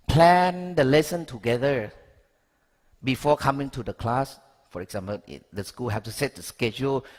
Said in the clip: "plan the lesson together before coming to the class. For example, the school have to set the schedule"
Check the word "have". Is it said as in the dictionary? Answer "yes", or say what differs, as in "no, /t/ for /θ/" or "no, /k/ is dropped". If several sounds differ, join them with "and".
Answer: no, /f/ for /v/